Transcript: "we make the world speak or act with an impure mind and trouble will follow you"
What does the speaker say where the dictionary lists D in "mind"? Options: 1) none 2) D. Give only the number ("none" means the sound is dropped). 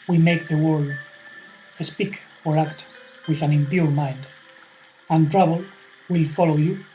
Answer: 2